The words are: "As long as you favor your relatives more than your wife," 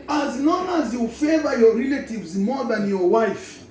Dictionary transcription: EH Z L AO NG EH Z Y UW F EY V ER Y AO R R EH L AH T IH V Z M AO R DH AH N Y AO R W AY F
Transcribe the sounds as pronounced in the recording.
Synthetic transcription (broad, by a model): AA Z N AO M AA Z Y UW F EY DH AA Y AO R R EH L AH T IH V Z M AO DH AH N Y AO W AY F